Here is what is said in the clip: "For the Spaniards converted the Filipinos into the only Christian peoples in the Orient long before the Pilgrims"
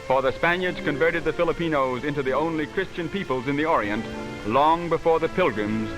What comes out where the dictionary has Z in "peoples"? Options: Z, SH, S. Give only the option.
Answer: Z